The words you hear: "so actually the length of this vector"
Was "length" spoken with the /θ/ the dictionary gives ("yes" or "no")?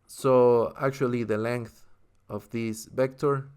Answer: yes